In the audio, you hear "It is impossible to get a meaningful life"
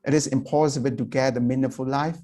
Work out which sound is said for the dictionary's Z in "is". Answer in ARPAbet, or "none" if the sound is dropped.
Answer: S